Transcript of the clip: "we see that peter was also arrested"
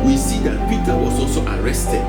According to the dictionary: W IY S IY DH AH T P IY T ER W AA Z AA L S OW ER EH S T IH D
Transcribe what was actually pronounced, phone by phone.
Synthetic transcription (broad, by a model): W IY S IY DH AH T P IY T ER W AA S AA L S OW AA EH S T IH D